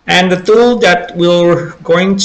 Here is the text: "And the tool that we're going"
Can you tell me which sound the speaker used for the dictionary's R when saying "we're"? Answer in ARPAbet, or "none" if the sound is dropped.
L